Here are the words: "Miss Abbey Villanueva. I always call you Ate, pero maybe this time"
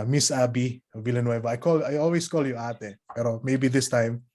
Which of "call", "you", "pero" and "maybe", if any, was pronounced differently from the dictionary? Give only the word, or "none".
none